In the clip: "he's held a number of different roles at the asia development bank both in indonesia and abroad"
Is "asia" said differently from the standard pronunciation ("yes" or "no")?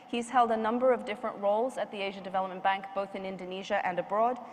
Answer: no